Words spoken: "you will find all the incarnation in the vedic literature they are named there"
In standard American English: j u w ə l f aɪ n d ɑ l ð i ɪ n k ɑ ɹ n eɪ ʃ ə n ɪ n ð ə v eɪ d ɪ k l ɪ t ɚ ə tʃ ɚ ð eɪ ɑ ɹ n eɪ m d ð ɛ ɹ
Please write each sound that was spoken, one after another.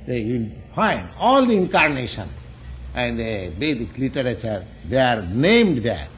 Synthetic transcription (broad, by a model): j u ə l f aɪ n d ɑ l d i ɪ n k ɑ ɹ n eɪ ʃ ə n ɪ n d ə b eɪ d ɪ k l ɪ t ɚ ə tʃ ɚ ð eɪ ɑ ɹ n eɪ m d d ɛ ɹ